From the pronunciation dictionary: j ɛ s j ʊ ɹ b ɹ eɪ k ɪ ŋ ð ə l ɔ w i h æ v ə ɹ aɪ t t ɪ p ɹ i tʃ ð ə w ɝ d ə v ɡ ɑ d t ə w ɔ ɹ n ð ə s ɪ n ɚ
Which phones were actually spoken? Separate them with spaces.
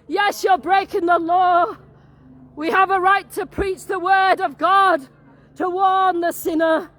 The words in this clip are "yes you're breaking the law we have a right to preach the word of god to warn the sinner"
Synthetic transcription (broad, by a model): j ɛ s j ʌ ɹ b ɹ eɪ k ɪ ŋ ð ə l ɔ w i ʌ v ə ɹ aɪ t t ɪ p ɹ i tʃ ð ə w ɝ d ə v ɡ ɑ d t ə w ɔ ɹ n ð ə s ɪ n ɚ